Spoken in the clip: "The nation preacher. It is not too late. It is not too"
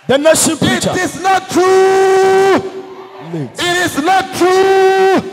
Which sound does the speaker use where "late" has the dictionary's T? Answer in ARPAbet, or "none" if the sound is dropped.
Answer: none